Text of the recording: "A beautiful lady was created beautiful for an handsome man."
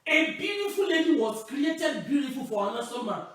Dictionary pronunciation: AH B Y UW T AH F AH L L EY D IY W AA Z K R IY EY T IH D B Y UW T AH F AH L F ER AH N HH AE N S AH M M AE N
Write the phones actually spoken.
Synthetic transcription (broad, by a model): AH B Y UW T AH F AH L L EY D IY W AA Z K R IY EY T IH D B Y UW T AH F AH L F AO AH N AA S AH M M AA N